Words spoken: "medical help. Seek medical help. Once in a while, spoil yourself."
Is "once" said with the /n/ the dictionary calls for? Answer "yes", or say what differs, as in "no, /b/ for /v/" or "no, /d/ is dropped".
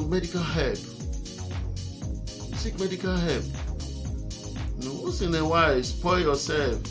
no, /n/ is dropped